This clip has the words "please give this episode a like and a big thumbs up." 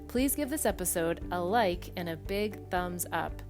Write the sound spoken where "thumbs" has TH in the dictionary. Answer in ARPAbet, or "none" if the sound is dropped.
TH